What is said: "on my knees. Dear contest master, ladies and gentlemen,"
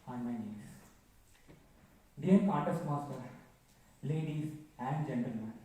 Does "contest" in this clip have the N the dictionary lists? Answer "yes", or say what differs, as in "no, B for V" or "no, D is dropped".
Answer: no, N is dropped